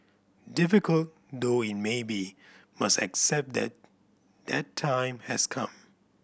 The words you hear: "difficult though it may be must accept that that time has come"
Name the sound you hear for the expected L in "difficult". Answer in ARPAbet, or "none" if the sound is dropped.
L